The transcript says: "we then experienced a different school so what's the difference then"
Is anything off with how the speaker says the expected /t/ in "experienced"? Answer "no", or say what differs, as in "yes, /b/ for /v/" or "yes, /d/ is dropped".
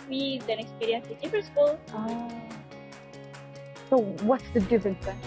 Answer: yes, /t/ is dropped